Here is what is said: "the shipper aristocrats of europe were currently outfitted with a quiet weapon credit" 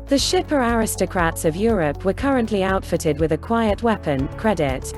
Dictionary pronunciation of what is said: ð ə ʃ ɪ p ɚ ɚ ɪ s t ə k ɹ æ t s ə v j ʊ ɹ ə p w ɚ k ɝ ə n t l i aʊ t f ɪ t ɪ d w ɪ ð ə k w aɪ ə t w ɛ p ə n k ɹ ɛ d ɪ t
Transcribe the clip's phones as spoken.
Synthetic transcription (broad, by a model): ð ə ʃ ɪ p ɚ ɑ ɪ s t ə k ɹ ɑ t s ə v j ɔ ɹ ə p w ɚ k ɝ ə n t l i aʊ t f ɪ t ɪ d w ɪ ð ə k w aɪ ə t w ɛ p ə n k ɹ ɛ d ɪ t